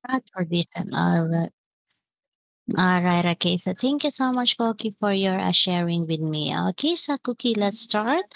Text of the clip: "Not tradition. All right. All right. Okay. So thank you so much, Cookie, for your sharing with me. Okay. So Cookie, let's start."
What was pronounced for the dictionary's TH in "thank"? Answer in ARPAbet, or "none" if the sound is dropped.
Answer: T